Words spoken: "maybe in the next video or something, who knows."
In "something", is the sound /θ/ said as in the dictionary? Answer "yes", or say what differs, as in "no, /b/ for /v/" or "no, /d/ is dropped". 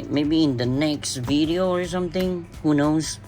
yes